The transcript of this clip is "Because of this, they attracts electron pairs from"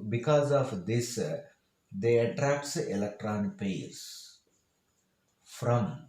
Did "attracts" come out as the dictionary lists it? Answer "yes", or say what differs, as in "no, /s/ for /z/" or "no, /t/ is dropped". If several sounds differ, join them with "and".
yes